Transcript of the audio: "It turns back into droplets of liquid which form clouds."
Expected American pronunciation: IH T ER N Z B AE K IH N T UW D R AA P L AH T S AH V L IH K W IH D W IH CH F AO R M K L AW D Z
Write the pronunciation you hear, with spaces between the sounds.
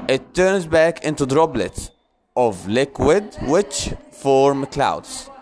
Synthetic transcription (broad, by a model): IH T ER N Z B AE K IH N T UW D R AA B L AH T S AH V L IH K W IH D W IH CH F AO R M K L AW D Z